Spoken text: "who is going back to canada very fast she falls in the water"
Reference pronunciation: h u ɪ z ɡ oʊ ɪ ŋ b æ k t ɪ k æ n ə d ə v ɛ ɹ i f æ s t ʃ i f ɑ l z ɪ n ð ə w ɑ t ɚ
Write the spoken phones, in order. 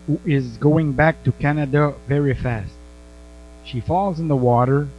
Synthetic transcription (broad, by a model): h u ɪ z ɡ oʊ ɪ ŋ b æ k t ɪ k æ n ə d ə v ɛ ɹ i f æ s t ʃ i f ɑ l z ɪ n ð ə w ɑ t ɚ